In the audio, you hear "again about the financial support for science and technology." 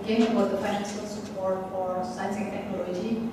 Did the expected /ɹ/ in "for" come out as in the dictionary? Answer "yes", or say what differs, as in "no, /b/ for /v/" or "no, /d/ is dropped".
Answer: yes